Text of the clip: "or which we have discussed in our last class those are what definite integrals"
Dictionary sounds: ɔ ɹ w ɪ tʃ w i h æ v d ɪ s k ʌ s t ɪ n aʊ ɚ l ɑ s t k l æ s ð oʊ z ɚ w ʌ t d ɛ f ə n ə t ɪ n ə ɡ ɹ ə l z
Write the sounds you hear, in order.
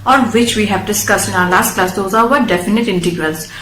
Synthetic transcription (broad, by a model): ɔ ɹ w ɪ tʃ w i h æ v d ɪ s k ʌ s t ɪ n aʊ ɚ l ɑ s t k l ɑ s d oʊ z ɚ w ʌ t d ɛ f ə n ə t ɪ n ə ɡ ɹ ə l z